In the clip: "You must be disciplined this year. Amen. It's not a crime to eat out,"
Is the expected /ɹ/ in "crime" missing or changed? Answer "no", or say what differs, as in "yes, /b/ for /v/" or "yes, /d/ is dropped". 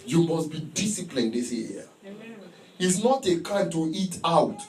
yes, /ɹ/ is dropped